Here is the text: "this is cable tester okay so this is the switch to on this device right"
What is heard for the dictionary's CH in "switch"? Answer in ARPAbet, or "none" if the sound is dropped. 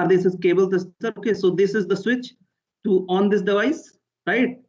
CH